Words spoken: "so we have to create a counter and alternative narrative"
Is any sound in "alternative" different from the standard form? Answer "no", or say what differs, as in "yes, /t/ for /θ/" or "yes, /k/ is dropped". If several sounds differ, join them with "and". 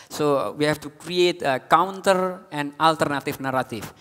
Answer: yes, /f/ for /v/